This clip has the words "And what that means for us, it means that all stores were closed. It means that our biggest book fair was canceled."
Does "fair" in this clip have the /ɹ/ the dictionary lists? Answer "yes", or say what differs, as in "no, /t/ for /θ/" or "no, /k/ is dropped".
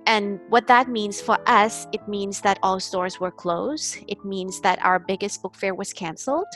yes